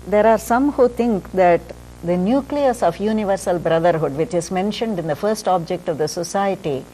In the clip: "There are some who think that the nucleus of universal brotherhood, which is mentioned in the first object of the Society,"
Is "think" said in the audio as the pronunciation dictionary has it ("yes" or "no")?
no